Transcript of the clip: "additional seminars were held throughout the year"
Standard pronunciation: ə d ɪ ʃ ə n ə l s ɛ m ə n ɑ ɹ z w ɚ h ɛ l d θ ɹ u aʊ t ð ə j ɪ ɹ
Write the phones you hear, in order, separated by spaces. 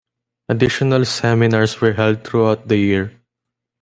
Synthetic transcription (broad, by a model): ə d ɪ ʃ ə n ə l s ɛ m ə n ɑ ɹ s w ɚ h ɛ l d t ɹ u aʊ t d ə j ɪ ɹ